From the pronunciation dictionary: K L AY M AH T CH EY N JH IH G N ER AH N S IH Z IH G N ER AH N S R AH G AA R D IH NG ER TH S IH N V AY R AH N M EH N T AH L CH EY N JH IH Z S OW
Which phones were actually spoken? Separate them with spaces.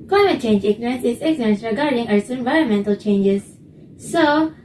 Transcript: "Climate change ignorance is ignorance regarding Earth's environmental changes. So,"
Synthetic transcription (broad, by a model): K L AY M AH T CH EY N JH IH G N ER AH N S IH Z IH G N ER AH N S R AH G AA R D IH NG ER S IH N V AY R AH N M EH N T AH L CH EY N JH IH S OW